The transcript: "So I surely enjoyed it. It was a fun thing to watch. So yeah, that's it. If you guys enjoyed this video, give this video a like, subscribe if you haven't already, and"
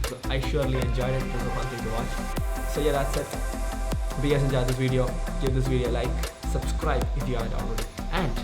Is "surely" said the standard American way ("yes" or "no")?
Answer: yes